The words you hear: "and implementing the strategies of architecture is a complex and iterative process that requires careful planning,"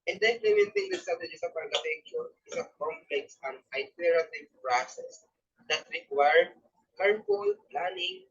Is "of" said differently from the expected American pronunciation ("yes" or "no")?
yes